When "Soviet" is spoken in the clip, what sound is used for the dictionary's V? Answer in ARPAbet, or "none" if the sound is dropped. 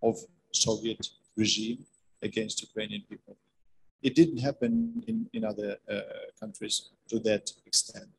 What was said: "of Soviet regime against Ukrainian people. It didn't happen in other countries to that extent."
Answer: V